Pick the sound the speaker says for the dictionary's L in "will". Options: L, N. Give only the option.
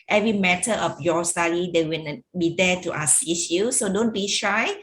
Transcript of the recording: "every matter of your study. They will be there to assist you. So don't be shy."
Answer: N